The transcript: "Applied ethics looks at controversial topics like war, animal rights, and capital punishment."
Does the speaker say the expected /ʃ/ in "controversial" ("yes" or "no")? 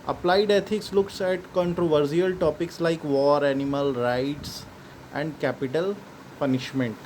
no